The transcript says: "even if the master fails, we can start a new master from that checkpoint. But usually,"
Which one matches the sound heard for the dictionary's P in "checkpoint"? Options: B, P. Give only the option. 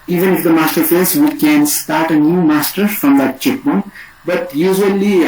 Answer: B